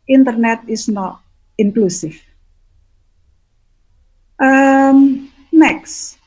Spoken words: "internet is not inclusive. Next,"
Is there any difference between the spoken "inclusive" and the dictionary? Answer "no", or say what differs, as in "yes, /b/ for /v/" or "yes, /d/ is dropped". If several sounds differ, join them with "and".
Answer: yes, /f/ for /v/